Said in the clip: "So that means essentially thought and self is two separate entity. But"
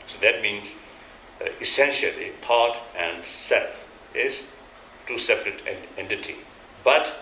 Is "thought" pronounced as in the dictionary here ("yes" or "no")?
no